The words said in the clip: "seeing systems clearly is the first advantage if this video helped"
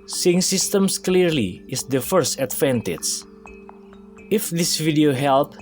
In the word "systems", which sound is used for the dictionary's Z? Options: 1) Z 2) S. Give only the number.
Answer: 2